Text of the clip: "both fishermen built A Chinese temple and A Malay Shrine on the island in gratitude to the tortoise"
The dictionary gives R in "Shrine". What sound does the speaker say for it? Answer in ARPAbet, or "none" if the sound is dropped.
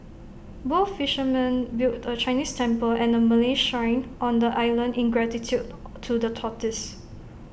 none